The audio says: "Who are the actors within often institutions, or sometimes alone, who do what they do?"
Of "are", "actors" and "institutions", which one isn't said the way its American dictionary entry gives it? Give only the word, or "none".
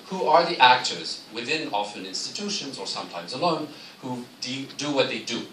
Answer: none